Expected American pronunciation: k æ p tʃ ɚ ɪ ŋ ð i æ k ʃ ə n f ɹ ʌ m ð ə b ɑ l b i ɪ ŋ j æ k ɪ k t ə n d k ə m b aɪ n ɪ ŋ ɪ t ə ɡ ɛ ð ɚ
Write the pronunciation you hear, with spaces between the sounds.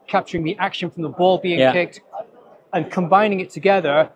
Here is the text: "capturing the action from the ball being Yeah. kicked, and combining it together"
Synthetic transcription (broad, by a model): k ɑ p tʃ ɚ ɪ ŋ ð i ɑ k ʃ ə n f ɹ ʌ m ð ə b ɑ l b i ɪ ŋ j k ɪ k t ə n k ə m b aɪ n ɪ ŋ ɪ t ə ɡ ɛ ð ɚ